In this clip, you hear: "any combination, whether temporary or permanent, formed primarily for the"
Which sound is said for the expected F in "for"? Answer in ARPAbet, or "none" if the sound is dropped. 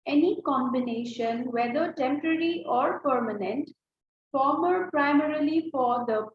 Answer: F